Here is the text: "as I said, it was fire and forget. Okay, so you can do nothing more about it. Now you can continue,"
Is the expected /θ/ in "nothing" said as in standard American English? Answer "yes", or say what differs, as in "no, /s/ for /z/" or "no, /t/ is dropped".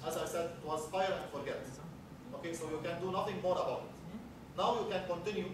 no, /t/ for /θ/